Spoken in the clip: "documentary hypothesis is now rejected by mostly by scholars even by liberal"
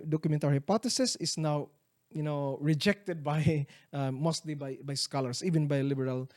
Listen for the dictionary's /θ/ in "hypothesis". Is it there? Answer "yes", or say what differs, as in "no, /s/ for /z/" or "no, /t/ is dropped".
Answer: no, /t/ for /θ/